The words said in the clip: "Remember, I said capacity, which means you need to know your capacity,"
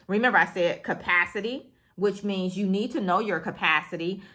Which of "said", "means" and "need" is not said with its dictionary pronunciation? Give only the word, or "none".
none